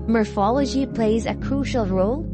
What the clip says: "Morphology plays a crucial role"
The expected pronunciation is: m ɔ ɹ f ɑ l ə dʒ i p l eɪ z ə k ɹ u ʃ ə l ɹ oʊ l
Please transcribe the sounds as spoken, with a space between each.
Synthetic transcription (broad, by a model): m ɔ ɹ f ɑ l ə dʒ i p l eɪ z ə k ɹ u ʃ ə l ɹ oʊ l